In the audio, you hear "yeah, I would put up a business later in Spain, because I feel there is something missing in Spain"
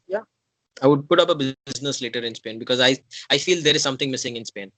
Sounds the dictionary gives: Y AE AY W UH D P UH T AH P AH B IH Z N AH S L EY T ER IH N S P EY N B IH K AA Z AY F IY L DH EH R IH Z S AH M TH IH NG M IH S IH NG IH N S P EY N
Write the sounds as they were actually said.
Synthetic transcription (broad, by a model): Y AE AY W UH D P UH T AH P AH B IH Z N AH S L EY T ER IH N S P EY N B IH K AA Z AY F IY L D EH R IH Z S AH M T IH NG M IH S IH NG IH N S P EY N